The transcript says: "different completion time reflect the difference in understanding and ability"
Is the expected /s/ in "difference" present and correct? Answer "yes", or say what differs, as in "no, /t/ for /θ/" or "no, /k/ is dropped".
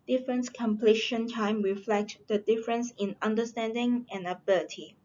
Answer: yes